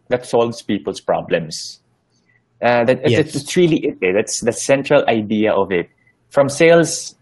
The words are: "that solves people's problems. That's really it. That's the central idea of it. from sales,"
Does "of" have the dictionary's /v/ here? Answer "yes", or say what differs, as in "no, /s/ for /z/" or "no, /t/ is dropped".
yes